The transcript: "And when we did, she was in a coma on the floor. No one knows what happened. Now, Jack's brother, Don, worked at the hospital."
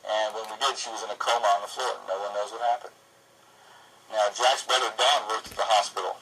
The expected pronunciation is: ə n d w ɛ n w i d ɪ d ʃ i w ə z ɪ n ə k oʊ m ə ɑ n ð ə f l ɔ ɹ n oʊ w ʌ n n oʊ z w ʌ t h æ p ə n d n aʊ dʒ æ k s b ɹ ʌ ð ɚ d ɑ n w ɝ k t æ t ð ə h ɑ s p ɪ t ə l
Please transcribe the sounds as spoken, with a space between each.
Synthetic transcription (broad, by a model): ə n w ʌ n w i d ɪ d ʃ i w ə z ɪ n ə k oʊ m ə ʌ n ð ə f l ɔ ɹ n oʊ w ʌ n n oʊ z w ʌ t h æ p ə n d n aʊ dʒ æ k s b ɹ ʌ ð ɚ d ɑ n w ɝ t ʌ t ð ə h ɑ s p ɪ t l